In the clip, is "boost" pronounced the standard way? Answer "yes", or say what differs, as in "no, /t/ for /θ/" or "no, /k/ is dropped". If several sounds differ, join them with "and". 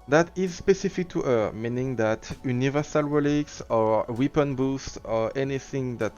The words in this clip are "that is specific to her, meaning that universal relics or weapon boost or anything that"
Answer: yes